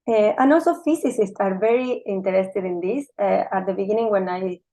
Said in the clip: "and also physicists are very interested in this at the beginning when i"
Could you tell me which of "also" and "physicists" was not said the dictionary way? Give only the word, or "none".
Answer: physicists